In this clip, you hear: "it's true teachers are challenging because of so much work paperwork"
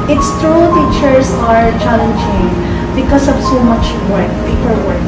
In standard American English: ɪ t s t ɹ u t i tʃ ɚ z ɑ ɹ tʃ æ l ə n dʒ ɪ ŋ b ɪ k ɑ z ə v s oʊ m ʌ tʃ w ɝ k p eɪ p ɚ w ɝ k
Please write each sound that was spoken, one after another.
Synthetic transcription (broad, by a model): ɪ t s t ɹ u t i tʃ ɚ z ɑ ɹ tʃ æ l ə n dʒ ɪ ŋ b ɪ k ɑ s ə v s oʊ m ʌ tʃ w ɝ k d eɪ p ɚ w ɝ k